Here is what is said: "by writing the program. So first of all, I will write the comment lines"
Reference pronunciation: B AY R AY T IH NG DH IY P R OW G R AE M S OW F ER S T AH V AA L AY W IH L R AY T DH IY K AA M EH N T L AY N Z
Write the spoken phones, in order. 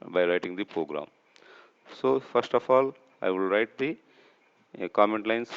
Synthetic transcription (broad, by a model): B AY R AY T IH NG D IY P R OW G R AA M S OW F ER S T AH F AA L AY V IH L R AY T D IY K AA M EH N T L AY N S